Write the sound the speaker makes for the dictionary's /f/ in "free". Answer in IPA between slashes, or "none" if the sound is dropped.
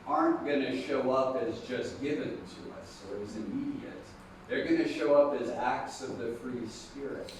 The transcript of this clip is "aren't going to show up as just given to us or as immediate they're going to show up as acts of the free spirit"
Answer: /f/